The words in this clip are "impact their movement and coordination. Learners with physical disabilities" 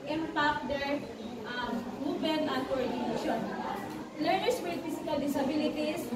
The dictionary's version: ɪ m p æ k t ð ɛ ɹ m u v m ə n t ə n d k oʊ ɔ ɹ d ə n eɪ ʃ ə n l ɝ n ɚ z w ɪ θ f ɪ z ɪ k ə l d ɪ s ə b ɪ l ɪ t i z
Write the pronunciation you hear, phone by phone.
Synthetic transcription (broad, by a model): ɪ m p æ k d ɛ ɹ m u m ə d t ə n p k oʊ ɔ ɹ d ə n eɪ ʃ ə n l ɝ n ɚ s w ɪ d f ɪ s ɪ k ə l d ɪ s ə b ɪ l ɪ t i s